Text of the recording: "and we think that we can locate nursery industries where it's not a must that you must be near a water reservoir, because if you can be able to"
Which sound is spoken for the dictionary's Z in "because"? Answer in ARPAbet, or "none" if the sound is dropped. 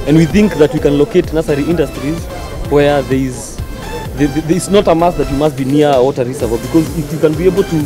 Z